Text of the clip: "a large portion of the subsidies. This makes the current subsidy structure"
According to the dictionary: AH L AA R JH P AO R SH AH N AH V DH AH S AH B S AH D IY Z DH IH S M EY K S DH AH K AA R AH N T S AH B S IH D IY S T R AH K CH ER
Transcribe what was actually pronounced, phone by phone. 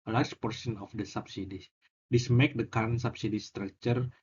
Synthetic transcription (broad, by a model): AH L AA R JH P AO R S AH N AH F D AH S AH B S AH D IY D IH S M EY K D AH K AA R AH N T S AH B S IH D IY S T R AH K CH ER